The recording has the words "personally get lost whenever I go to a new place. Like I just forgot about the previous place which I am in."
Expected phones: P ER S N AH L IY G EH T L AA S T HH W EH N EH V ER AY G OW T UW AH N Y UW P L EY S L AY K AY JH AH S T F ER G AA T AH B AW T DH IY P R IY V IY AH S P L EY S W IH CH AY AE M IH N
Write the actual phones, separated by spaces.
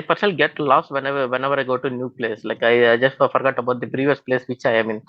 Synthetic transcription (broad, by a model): P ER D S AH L G EH T L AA S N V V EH N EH V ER AY G OW T UW N Y UW P L EY S L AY K AY JH AH S T F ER G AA T AH B AW T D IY P R IY V IY AH S P L EY S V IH CH AY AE M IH N